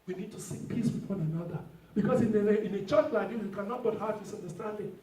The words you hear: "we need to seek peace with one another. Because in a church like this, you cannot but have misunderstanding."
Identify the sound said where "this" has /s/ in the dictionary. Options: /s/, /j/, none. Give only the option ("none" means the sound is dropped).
none